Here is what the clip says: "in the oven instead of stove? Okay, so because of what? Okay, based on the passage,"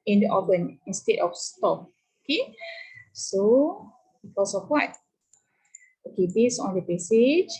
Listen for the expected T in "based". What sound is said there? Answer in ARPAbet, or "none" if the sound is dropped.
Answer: none